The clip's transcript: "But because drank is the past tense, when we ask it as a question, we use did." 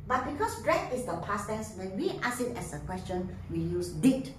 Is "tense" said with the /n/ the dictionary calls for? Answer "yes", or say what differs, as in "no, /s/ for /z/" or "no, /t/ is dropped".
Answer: no, /n/ is dropped